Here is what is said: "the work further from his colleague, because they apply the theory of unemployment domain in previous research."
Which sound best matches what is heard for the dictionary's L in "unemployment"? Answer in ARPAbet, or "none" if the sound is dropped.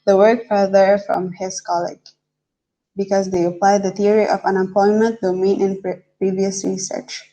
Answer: none